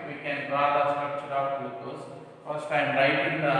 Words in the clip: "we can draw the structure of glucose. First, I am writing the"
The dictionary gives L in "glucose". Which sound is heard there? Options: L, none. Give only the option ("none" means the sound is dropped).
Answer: none